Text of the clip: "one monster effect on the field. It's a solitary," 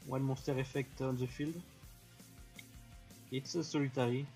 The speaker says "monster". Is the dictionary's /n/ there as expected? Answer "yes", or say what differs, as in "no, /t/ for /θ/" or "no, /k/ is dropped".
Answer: no, /n/ is dropped